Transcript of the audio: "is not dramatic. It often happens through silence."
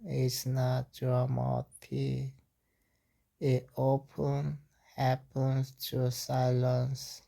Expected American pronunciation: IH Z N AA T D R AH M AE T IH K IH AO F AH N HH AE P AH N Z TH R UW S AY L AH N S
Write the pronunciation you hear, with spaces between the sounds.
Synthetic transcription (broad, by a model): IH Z N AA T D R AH M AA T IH IH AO P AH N HH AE P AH N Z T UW S AY L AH N S